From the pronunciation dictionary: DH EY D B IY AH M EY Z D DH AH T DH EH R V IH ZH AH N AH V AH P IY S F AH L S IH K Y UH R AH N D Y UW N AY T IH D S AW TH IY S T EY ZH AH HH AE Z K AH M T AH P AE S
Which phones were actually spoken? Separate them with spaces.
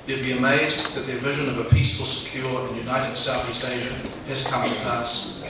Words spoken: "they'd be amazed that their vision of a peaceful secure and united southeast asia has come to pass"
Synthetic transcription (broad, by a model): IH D B IY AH M EY Z DH AH T DH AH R V IH ZH AH N AH V AH P IY S F AH L S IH K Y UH R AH N Y UW N AY T IH D S AW TH IY S T EY ZH AH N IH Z K AH M T AH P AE S